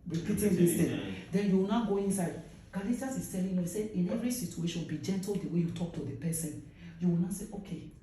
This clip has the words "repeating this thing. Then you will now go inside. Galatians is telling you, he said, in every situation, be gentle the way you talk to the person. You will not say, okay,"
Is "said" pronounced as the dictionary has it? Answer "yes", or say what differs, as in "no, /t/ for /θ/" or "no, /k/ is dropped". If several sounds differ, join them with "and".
no, /d/ is dropped